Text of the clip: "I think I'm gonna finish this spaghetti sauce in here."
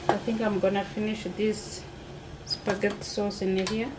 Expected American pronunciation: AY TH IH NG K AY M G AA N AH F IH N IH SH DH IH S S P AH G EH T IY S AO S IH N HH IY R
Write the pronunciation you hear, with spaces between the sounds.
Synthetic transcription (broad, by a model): AY TH IH NG K AY M G AA N AH F IH N IH SH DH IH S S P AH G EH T S AO S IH N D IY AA